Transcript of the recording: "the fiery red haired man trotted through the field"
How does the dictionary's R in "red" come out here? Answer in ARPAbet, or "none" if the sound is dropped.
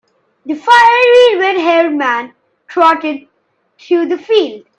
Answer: W